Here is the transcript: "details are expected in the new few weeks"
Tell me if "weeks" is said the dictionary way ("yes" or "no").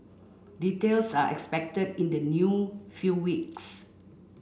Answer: yes